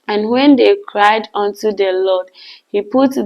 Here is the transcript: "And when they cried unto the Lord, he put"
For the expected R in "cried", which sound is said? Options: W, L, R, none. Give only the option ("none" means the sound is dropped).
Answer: R